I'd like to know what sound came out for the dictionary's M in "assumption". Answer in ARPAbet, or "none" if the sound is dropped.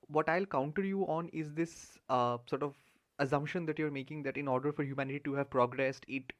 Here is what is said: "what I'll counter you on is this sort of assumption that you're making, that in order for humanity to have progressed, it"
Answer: M